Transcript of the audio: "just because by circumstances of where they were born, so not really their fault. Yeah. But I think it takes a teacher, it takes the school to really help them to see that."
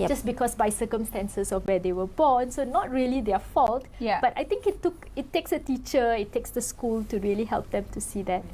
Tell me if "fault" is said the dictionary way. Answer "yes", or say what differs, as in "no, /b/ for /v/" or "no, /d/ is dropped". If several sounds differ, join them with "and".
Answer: yes